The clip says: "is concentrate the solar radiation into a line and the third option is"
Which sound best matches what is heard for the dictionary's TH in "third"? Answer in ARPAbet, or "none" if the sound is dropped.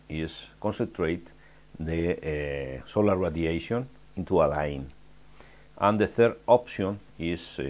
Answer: TH